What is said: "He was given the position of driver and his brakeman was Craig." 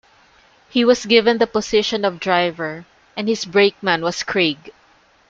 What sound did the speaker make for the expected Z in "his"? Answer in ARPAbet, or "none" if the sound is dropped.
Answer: S